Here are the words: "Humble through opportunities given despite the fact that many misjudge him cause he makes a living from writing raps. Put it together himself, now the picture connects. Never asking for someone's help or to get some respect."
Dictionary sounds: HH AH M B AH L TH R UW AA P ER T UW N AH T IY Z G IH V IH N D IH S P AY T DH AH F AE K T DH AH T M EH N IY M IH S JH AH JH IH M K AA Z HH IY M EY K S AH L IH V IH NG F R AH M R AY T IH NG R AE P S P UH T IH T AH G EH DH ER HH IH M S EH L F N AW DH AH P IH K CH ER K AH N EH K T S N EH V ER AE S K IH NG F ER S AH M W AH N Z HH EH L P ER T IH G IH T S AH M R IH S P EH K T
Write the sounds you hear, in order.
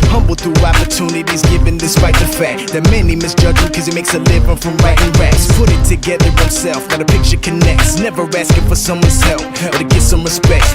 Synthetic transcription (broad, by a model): HH AH M B L TH R UW AA P ER T UW N AH T IY Z G IH V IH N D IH S P AY T DH AH F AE K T DH AH T M EH N IY M IH S JH AH JH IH K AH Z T M EY K S AH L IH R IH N F R AH M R AY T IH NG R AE S P UH T IH T AH G EH DH ER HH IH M S EH L F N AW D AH P IH K CH ER K AH N EH K T S N EH V ER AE S K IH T F ER S AH M W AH N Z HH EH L F ER T IH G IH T S AH M R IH S P EH K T